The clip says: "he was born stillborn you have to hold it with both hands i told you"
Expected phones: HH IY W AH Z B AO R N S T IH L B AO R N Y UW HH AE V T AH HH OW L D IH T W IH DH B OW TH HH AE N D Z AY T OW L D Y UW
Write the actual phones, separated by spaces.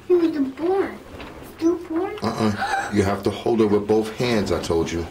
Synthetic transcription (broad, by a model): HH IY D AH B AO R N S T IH B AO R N Y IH HH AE F T AH HH OW L D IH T W IH DH B OW TH HH AE N D Z AY T OW L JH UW